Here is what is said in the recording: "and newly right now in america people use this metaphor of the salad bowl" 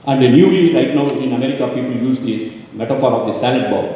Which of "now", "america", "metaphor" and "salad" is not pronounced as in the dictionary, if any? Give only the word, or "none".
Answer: salad